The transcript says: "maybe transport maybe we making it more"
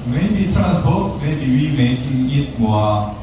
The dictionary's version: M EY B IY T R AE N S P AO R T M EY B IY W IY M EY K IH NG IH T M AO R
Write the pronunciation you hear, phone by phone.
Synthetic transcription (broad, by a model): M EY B IY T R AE S B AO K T M EY B IY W IY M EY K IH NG IH T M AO